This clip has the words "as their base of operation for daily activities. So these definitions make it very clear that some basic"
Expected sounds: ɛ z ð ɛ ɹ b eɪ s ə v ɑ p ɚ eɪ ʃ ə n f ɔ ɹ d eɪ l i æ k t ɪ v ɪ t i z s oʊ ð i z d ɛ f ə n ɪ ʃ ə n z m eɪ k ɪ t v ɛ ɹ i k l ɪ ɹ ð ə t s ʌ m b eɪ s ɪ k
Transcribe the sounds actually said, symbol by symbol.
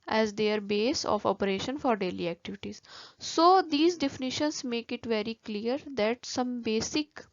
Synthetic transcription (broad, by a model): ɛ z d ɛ ɹ b eɪ s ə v ɑ p ɚ eɪ ʃ ə n f ɔ ɹ d eɪ l i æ k t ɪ v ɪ t i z s oʊ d i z d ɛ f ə n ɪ ʃ ə n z m eɪ k ɪ t v ɛ ɹ i k l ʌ ɹ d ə t s ʌ m b eɪ s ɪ k